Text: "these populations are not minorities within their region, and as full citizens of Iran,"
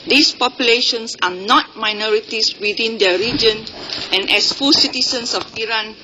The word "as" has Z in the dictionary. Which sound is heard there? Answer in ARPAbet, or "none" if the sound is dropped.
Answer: S